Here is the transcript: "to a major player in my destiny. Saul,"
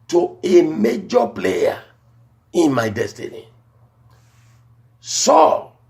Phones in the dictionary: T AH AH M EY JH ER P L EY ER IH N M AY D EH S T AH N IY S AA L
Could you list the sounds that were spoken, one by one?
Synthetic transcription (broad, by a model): T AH AH M EY JH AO P L EY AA IH N M AY D EH S T AH N IY S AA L